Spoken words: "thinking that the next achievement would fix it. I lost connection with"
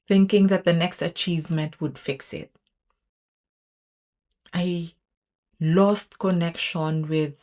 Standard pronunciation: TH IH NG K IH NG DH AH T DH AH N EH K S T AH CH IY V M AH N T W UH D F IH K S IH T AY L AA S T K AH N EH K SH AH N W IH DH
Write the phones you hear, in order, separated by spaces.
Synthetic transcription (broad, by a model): TH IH NG K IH NG DH AH T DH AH N EH K S T AH CH IY V M AH N T W UH D F IH K S IH T AY L AA S T K AH N EH K SH AH N W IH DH